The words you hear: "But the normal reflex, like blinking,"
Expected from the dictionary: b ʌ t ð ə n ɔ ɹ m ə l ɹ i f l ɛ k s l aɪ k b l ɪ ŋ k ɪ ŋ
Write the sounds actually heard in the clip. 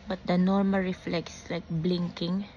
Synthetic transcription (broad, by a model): b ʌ t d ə n ɔ ɹ m ə l ɹ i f l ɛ k s l aɪ k b l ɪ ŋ k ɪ ŋ